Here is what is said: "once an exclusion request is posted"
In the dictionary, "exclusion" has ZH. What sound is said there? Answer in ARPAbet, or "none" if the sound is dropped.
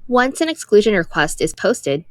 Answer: ZH